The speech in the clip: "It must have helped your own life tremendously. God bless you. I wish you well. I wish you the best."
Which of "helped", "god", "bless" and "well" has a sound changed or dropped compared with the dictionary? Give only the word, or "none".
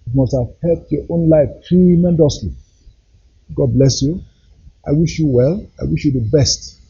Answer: helped